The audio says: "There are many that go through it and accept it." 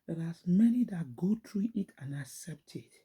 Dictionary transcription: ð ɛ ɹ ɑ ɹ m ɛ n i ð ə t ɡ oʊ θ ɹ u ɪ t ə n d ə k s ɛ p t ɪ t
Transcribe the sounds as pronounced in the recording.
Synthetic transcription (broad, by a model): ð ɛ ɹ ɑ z m ɛ n i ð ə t ɡ oʊ t ɹ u ɪ t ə n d ə k s ɛ p t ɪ t